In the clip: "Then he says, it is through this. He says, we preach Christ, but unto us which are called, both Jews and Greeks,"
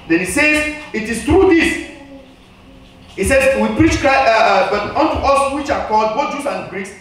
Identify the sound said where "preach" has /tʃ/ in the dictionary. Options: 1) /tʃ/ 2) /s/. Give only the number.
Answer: 1